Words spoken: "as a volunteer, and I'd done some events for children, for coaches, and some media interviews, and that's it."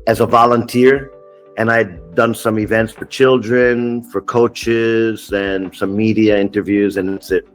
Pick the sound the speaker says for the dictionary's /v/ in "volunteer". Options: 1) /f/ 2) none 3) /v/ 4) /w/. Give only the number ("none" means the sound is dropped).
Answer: 3